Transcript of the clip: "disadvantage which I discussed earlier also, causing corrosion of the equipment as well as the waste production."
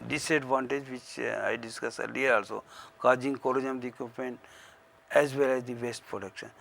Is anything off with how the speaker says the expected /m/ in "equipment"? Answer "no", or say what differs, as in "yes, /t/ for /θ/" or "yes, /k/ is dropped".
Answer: yes, /m/ is dropped